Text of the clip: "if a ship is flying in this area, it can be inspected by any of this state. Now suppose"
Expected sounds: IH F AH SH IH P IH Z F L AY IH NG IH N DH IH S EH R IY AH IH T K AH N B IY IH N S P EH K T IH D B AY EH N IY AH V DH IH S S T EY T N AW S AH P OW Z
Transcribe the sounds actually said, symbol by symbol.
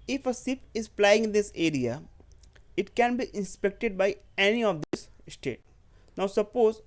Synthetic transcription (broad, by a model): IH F AH S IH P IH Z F L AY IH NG IH N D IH S EH R IY AH IH T K AH N B IY IH N S P EH K T IH D B AY EH N IY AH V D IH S S T EY T N AW S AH P OW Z